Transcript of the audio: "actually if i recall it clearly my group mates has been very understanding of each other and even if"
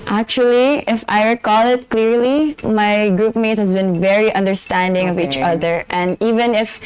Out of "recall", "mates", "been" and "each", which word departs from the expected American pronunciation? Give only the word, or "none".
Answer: mates